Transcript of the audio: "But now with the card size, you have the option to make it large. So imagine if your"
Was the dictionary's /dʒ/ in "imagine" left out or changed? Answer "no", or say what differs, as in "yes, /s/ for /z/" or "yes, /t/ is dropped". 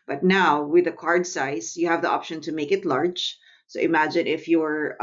no